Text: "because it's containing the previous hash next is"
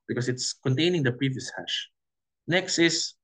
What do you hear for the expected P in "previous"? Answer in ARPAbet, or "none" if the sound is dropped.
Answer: P